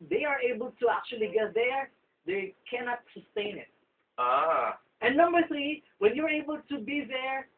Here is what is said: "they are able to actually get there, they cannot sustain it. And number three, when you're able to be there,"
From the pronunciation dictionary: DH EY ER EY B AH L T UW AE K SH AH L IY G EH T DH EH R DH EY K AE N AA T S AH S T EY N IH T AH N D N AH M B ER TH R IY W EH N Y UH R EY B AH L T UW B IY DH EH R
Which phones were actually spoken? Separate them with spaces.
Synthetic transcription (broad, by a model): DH EY ER EY B AH L T UW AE K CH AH L IY G EH T DH EH R DH EY K AE N AA T S AH S T EY N IH T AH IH N AH M B ER TH R IY W EH N Y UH R EY B AH L T UW B IY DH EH R